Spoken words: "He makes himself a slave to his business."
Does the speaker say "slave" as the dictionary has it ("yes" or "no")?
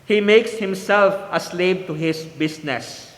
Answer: no